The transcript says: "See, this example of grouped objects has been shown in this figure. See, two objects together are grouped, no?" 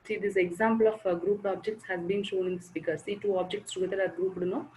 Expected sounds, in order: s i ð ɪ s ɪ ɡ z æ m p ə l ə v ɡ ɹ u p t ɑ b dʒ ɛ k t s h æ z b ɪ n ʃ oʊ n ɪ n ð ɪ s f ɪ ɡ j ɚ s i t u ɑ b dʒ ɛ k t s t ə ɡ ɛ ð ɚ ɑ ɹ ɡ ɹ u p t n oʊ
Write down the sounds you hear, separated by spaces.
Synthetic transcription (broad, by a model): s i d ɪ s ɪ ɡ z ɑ m p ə l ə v ɡ ɹ u p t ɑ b dʒ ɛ k t s h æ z b ɪ n ʃ oʊ n ɪ n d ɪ s p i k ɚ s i t u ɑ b dʒ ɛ k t s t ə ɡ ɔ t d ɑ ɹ ɡ ɹ u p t n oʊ